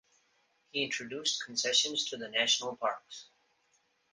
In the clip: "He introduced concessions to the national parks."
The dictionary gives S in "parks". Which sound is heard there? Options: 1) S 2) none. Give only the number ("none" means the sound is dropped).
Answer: 1